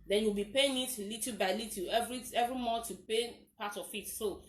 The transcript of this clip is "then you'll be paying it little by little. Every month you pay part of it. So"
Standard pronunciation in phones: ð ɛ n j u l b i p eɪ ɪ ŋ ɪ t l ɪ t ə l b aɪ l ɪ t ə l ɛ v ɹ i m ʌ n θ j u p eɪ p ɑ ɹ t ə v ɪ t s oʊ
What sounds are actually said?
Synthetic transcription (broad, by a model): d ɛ n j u w b i p eɪ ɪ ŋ ɪ t l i t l b aɪ l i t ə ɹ ɛ v ɹ i m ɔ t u p eɪ p ɑ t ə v ɪ t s oʊ